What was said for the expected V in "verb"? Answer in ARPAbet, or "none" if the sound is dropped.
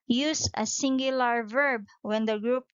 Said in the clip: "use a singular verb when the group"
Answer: V